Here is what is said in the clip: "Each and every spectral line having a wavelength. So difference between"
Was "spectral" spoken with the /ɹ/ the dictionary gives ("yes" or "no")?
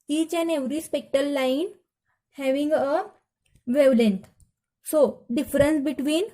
no